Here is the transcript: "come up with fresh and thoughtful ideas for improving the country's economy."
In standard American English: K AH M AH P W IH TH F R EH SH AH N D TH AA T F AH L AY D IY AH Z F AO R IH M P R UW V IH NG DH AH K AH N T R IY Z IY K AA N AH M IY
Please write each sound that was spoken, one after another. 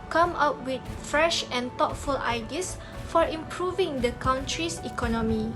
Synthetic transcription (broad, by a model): K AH M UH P W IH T F R EH SH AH N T AA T F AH L AY D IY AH S F AO R IH M P R UW V IH NG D AH K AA N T R IY S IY K AA N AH M IY